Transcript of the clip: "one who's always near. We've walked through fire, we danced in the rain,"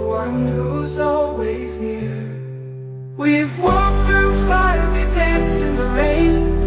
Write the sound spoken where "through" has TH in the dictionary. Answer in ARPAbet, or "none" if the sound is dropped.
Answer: TH